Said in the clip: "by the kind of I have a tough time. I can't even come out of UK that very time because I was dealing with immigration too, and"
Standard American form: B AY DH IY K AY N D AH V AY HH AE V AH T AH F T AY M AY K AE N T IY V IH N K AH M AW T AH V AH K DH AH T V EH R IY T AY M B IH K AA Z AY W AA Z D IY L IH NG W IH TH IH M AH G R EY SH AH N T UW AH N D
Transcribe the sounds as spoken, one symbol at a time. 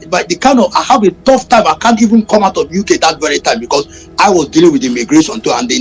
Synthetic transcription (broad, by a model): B AY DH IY K AY N D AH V AY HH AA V AH T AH F T AY M AY K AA N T IY V IH N K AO M AW T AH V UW K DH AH T V EH R IY T AY M B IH K AA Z AY W AA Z D IY L IH NG W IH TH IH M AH G R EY S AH N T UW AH N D